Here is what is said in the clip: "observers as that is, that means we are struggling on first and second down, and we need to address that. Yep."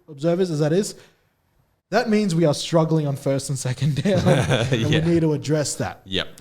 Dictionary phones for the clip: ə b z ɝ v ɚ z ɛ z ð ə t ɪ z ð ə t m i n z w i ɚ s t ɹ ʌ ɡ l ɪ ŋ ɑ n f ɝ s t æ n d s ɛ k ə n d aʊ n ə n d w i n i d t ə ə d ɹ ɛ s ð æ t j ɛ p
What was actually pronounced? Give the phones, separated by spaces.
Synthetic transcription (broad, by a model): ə b z ɝ v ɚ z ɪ z ð ə t ɪ z ð ə t m i n z w i ɚ s t ɹ ʌ ɡ l ɪ ŋ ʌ n f ɝ s t n s ɛ k ə n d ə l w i n i d t ə ə d ɹ ɛ s ð æ t j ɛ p